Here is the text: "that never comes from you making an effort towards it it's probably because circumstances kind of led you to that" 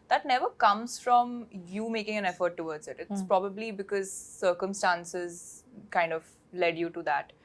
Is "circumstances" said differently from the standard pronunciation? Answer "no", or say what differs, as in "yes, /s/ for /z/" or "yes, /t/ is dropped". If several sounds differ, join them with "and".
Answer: no